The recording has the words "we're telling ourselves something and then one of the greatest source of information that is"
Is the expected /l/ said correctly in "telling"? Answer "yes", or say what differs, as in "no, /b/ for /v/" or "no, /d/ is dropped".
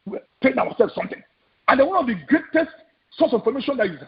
no, /n/ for /l/